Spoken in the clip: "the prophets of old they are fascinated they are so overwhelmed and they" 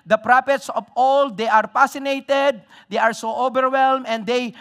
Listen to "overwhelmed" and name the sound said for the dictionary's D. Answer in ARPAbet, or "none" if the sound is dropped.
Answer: none